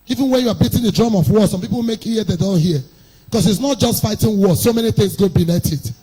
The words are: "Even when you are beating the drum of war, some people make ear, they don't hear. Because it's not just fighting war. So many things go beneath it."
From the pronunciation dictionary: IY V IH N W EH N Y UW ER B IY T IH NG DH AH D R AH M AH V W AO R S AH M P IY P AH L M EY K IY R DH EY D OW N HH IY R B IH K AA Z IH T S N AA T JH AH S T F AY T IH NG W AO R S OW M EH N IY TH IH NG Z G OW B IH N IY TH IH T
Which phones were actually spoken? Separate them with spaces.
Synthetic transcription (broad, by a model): IY V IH N W EH N Y UW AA B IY T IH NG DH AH D R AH M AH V W AO S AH M P IY P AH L M EY K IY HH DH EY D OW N HH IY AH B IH K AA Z IH T S N AA T JH AH S T F AY T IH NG W AO S OW M EH N IY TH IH NG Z G OW B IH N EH T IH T